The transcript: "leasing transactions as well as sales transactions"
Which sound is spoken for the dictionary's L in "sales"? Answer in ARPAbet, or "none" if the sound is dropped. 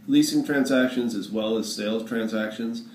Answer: L